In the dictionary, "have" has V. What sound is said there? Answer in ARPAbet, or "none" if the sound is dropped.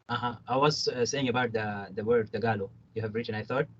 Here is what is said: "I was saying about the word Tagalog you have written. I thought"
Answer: V